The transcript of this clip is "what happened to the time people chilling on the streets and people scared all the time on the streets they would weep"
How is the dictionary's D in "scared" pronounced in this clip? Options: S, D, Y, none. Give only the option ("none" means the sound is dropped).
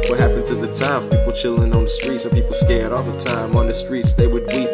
D